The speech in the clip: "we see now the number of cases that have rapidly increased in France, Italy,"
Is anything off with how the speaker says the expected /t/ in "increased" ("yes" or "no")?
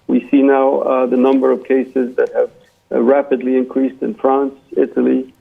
no